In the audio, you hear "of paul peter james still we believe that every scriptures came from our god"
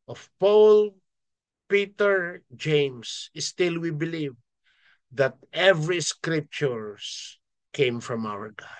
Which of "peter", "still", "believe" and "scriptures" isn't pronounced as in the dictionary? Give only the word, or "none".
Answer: scriptures